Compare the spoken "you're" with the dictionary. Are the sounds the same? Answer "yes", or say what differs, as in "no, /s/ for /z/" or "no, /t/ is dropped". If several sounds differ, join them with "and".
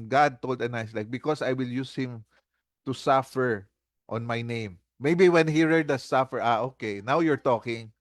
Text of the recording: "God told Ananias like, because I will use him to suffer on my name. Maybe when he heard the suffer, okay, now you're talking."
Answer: yes